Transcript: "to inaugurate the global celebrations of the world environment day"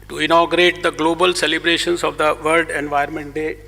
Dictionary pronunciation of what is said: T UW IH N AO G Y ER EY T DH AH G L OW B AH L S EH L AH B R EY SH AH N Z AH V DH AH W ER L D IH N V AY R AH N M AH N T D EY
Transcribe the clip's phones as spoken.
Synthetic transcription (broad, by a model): T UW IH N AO G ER EY T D AH G L OW B AH L S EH L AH B R EY SH AH N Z AH V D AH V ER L D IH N V AY AH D M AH N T D EY